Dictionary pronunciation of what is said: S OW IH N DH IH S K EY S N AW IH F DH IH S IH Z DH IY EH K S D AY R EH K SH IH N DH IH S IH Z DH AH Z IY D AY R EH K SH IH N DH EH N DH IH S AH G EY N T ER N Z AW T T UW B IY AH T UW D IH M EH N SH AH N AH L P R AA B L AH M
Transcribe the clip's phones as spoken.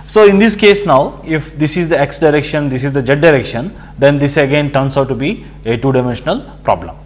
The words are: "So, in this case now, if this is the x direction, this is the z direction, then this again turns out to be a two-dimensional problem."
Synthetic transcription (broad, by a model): S OW IH N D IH S K EY S N AW IH F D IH S IH Z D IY EH K S D AY R EH K SH IH N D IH S IH Z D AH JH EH D AY R EH K SH IH N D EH N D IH S AH G EY N T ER N S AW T T UW B IY AH T UW D IH M EH N SH AH N AH L P R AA B L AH M